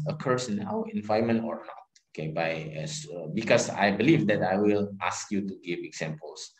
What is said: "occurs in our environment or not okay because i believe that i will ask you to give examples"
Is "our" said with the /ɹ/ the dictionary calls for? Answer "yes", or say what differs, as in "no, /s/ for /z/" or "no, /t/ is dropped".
no, /w/ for /ɹ/